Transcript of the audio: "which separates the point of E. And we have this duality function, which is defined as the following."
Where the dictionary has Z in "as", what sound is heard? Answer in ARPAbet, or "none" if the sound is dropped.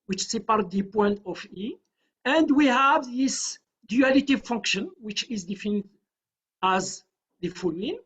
Z